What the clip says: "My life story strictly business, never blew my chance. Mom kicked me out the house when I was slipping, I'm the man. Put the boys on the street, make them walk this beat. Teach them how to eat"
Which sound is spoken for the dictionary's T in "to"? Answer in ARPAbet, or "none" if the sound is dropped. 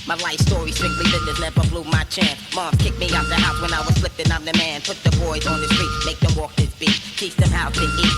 S